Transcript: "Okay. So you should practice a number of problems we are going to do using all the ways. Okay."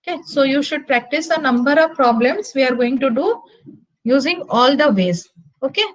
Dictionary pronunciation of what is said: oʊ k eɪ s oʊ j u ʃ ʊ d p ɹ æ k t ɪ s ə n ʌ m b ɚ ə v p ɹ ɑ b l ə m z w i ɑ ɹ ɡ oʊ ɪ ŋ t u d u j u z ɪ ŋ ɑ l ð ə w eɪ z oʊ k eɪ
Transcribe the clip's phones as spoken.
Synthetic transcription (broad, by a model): k eɪ s oʊ j u ʃ ʊ d p ɹ æ k t ɪ s ə n ʌ m b ɚ ə v p ɹ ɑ b l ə m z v i ɑ ɹ ɡ oʊ ɪ ŋ t u d u j u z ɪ ŋ ɑ l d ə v eɪ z oʊ k eɪ